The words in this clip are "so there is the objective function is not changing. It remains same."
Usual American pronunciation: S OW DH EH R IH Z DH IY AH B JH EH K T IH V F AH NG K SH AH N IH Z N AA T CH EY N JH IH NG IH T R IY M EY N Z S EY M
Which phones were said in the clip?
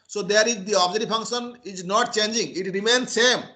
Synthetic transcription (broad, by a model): S OW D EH R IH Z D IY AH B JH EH T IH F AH NG K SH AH N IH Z N AA T CH EY N JH IH NG IH T R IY M EY N S EY M